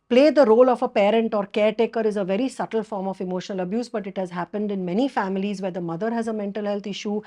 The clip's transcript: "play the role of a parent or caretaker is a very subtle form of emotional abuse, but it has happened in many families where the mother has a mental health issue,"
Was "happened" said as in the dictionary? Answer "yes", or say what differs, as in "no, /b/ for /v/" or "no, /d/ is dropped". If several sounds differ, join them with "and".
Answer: yes